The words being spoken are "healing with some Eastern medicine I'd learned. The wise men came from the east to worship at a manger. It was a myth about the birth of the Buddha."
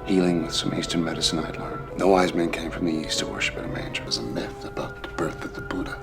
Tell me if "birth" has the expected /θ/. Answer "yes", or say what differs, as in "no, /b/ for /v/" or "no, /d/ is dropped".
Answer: yes